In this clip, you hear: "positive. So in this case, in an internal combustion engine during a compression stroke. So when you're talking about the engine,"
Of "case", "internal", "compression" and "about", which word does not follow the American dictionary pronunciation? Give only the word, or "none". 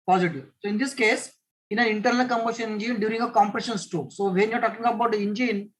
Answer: none